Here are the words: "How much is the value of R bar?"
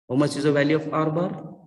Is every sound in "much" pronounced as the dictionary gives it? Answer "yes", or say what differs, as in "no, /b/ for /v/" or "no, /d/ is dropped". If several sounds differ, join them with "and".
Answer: no, /s/ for /tʃ/